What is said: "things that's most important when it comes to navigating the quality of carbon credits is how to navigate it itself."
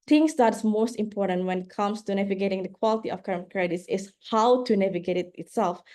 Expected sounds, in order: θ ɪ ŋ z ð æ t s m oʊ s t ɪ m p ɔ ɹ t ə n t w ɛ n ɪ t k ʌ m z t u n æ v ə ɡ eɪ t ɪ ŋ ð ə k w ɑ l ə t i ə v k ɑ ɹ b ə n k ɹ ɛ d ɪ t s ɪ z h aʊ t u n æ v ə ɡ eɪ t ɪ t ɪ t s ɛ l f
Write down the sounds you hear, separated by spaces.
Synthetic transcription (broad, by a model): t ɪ ŋ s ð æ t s m oʊ s t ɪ m p ɔ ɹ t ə n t w ɛ n ɪ t k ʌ m s t u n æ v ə ɡ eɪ t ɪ ŋ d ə k w ɑ l ə t i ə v k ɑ ɹ ə n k ɹ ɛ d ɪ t s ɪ s h aʊ t u n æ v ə ɡ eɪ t ɪ t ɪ t s ɛ l f